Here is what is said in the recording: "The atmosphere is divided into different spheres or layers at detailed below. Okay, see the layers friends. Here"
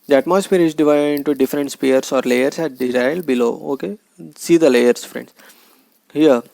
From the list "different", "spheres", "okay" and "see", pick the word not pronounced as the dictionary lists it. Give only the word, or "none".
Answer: spheres